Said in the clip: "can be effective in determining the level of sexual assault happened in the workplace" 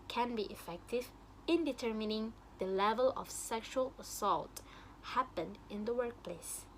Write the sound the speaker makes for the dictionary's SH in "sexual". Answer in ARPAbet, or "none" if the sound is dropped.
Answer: SH